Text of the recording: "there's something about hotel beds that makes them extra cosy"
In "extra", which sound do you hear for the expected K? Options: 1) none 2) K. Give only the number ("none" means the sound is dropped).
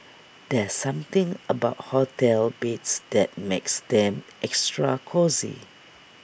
2